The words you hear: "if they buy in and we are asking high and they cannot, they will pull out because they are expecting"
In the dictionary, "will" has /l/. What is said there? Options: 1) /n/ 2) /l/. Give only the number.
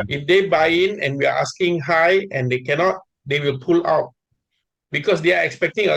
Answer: 2